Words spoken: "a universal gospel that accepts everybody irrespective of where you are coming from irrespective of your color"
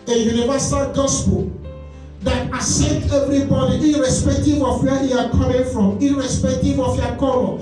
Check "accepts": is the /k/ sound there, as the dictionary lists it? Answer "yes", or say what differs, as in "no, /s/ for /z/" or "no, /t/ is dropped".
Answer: no, /k/ is dropped